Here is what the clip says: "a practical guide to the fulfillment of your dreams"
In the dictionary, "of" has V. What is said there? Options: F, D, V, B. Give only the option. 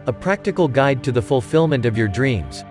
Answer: V